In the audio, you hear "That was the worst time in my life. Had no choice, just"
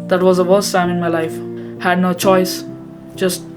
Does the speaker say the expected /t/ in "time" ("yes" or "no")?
no